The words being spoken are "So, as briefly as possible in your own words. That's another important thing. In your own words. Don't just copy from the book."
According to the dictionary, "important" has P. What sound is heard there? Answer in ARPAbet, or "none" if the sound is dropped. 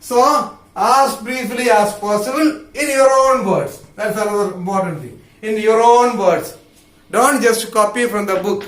none